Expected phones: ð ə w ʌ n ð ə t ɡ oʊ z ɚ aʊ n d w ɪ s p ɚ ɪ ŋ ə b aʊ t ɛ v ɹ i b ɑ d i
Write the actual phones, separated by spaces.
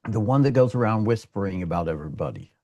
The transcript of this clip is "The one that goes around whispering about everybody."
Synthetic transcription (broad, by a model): ð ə w ʌ n ð ə t ɡ oʊ z ɚ aʊ n d w ɪ s p ɚ ɪ ŋ ə b aʊ t ɛ v ɹ i b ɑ d i